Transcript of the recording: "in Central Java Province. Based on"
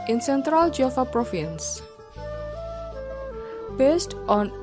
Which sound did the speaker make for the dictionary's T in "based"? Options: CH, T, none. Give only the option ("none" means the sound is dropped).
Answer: T